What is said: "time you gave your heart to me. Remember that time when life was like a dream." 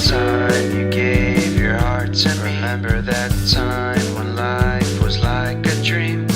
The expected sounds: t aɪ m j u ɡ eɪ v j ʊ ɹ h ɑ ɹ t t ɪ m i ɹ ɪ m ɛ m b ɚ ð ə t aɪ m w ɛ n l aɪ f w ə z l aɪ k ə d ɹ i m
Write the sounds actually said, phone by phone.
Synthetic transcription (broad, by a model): t aɪ m j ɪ ɡ eɪ v j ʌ ɹ h ɑ ɹ t s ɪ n ɹ ɪ m ɛ m b ɚ ð ə t aɪ m w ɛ n l aɪ f w ə z l aɪ k ə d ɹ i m